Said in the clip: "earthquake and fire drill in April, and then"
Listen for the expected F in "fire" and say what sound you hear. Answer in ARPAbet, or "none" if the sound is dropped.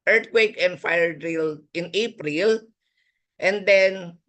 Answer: F